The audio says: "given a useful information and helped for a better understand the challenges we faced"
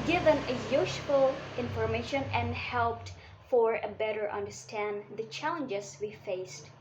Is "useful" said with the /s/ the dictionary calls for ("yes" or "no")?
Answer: no